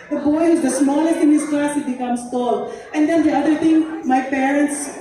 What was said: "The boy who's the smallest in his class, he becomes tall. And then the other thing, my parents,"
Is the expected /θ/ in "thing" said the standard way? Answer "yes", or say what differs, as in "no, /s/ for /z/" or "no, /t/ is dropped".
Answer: no, /t/ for /θ/